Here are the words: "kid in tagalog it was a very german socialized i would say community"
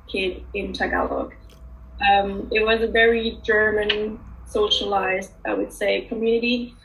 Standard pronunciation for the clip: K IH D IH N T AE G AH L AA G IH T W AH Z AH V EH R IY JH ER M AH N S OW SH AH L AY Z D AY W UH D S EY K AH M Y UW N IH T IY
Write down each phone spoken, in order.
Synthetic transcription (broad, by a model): K IH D IH N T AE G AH L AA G IH T W AH Z AH V EH R IY JH ER M AH N S OW SH AH L AY Z D AY W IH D S EY K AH M Y UW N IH T IY